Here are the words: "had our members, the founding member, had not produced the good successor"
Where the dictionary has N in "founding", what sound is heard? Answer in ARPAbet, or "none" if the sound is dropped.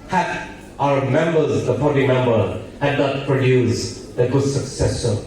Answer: none